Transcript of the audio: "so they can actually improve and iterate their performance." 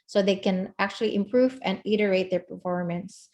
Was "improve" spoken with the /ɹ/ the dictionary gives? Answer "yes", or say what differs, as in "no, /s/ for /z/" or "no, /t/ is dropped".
yes